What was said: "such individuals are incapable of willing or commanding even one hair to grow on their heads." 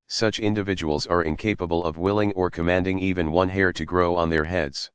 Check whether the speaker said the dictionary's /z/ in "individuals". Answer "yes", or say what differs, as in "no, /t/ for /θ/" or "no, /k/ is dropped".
yes